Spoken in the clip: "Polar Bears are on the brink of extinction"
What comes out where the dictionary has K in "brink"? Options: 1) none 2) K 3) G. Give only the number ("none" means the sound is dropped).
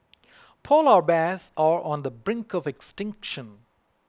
2